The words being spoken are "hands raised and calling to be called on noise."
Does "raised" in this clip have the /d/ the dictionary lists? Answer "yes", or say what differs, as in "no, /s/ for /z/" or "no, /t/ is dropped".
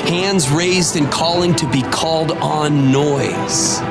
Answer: yes